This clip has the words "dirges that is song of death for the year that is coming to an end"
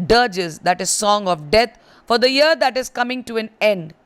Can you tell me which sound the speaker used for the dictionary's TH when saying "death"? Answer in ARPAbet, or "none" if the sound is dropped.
T